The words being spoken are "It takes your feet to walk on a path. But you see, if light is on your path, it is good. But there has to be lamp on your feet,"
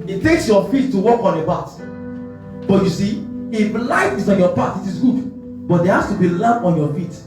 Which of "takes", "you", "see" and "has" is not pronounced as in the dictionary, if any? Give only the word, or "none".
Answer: has